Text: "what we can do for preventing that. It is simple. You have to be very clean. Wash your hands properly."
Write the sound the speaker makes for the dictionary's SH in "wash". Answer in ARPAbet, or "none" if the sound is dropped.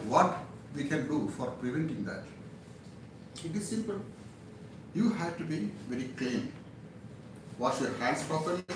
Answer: S